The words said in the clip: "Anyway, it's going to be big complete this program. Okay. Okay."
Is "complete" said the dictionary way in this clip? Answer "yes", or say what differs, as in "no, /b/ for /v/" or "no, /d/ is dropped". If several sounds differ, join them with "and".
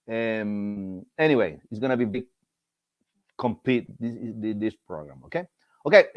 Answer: no, /l/ is dropped